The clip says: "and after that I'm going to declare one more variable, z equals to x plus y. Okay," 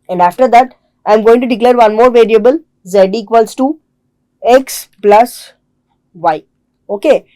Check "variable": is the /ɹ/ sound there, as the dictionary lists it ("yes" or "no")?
yes